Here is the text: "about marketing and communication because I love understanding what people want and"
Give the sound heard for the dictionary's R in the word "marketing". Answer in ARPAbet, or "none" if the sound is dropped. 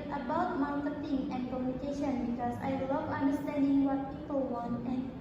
L